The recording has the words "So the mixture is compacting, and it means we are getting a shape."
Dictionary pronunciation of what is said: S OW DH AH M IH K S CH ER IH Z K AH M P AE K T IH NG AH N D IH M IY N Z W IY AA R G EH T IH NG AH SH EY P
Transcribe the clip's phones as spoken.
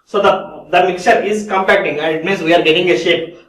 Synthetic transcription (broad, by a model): S OW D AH M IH K CH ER IH Z K AH M P AE K T IH NG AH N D M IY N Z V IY AA R G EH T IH NG AH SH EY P